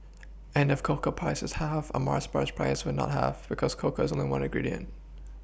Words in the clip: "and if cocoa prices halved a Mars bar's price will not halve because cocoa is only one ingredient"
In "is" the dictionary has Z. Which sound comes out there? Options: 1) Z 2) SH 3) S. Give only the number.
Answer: 1